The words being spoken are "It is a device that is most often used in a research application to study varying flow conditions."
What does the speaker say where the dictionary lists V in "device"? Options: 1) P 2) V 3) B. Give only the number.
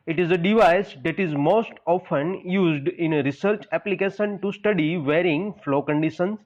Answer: 2